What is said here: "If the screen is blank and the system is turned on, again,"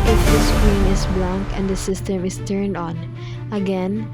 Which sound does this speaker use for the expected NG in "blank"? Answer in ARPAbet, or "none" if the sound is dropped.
NG